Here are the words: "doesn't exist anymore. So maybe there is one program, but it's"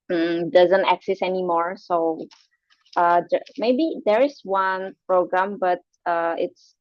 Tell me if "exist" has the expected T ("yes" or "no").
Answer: no